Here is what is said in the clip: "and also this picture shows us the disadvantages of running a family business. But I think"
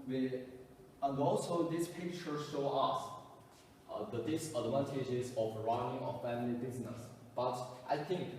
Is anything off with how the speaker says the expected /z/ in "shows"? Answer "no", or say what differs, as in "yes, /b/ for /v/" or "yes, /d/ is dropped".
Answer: yes, /z/ is dropped